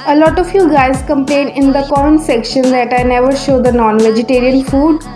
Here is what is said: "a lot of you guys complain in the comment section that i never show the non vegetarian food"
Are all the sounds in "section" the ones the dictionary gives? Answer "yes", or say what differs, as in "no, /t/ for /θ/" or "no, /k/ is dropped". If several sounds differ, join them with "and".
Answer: yes